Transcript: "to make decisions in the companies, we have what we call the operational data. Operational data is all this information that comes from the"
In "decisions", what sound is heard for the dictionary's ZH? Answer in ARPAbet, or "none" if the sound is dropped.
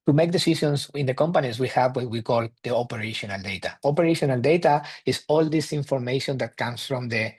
SH